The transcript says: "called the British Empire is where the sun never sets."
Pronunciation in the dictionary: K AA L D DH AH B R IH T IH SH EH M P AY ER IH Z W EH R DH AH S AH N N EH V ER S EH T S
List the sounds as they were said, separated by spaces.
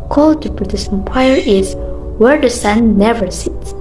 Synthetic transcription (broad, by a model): K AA L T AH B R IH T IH S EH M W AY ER IH Z W EH R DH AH S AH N N EH V ER S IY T S